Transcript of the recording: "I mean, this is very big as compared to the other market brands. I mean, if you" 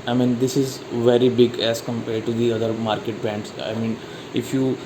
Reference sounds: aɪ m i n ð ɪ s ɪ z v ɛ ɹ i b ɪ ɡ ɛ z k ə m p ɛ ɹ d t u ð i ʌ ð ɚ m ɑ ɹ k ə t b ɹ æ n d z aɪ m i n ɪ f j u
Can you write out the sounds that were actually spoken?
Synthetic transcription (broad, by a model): aɪ m i n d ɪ s ɪ z v ɛ ɹ i b ɪ ɡ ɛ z k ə m p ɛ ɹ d t u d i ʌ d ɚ m ɑ ɹ k ə t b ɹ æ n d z aɪ m i n ɪ f j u